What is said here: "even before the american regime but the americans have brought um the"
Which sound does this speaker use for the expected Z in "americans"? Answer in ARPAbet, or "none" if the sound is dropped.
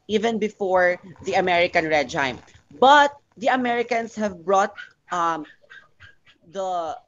S